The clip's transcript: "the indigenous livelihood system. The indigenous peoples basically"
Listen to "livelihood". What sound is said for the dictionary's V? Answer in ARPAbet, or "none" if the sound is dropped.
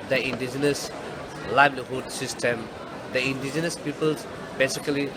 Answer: B